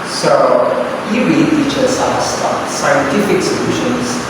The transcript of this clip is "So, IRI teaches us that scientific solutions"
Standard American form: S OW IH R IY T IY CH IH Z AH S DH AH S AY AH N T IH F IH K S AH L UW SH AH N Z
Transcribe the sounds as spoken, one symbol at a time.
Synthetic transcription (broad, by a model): S OW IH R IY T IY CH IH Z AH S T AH S AY AH N T IH F IH K S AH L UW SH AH N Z